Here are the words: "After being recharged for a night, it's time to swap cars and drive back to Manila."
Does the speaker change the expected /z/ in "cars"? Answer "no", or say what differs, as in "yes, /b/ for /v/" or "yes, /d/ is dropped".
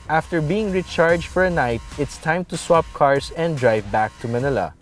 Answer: yes, /s/ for /z/